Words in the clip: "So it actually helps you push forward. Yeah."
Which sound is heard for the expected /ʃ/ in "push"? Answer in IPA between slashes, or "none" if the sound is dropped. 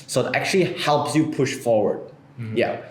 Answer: /ʃ/